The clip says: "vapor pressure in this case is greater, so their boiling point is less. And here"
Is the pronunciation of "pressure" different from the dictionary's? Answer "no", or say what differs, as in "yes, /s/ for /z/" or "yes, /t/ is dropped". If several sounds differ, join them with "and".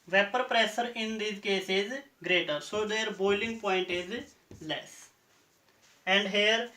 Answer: yes, /s/ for /ʃ/